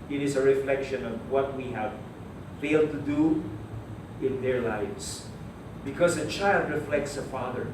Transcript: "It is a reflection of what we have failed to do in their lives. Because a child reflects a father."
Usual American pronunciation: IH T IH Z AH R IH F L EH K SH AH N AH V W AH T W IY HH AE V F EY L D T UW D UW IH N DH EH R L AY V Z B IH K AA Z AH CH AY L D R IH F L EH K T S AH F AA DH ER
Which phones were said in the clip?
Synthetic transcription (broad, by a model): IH T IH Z AH R IH F L EH K SH AH N AH V W AH T W IY HH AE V F EY L D T UW D UW IH N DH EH R L AY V S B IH K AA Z AH CH AY L D R IH F L EH K T S AH F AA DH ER